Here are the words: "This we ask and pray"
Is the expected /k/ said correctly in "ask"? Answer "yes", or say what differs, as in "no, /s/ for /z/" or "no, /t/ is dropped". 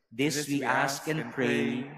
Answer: yes